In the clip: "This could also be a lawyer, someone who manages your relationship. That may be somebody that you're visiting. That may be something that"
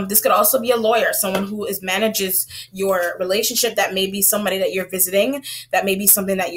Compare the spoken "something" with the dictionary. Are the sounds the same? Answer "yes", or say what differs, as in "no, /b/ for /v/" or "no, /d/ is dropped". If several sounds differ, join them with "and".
yes